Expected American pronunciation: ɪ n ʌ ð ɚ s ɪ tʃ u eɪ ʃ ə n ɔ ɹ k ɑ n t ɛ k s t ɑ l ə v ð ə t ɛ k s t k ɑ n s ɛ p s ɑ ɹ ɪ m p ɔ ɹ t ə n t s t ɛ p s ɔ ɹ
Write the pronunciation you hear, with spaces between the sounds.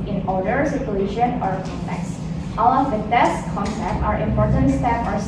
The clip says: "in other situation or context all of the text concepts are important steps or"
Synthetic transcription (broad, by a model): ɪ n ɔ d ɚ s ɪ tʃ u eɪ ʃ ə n ɔ ɹ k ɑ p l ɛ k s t ɑ l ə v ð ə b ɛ s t k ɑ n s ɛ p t ɑ ɹ ɪ m p ɔ ɹ t ə n t s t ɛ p ɔ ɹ